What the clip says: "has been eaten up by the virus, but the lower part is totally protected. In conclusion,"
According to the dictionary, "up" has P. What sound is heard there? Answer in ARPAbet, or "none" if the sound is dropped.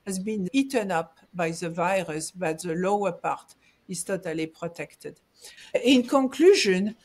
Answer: P